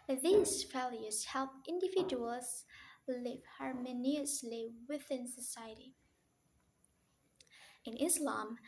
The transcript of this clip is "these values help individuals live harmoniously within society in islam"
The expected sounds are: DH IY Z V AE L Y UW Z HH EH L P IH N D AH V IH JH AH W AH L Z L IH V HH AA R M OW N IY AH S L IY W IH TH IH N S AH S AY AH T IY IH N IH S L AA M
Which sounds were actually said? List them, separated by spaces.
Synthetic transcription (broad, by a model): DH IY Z F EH L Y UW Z HH EH L P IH N D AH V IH JH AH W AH L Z L IH V HH AA R M OW N IY AH S L IY W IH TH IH N S AH S AY AH T IY IH N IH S L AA M